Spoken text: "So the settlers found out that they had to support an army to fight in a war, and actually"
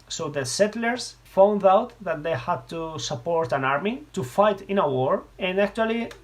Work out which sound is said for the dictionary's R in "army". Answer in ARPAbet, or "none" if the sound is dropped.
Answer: R